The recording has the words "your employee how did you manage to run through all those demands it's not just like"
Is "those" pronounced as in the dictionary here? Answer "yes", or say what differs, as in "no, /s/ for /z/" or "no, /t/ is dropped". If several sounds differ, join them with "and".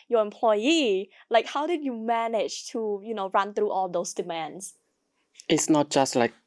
no, /s/ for /z/